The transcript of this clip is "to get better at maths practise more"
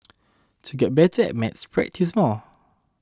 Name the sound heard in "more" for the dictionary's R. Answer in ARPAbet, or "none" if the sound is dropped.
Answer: L